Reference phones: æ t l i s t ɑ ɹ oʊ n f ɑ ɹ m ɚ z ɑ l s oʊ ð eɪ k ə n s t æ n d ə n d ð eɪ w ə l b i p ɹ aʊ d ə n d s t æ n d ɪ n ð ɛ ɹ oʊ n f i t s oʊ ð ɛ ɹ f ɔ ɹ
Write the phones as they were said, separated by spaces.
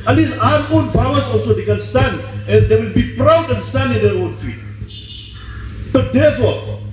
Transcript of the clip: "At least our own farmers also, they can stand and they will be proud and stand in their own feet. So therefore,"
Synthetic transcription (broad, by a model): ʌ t l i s ɑ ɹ oʊ n f ɑ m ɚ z ɑ l s oʊ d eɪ k ə n s t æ n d ə n d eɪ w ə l b i p ɹ aʊ d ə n s t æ n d ɪ n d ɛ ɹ oʊ n f i t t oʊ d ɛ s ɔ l